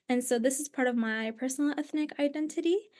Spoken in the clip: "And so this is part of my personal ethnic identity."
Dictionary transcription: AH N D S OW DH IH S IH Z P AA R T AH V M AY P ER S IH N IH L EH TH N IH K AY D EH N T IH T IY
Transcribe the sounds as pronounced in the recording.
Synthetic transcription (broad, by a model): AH N S OW DH IH S IH Z P AA R T AH V M AY P ER S N L EH TH N IH K AY D EH N T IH T IY